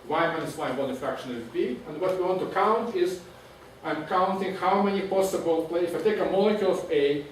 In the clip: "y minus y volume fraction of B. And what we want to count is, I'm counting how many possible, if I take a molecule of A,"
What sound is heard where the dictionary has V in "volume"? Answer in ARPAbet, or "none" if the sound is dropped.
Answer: B